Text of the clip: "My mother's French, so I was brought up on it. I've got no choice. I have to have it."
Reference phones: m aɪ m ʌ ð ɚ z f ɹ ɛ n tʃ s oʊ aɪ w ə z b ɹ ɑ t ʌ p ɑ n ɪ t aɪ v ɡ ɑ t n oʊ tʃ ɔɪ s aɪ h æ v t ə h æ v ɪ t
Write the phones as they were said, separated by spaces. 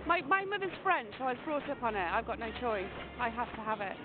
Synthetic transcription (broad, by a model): m aɪ m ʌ ð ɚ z f ɹ ɛ n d s oʊ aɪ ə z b ɹ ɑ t ʌ p n ɪ t aɪ v ɡ ɑ t n oʊ tʃ ɔɪ s aɪ h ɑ f t ə h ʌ v ɪ t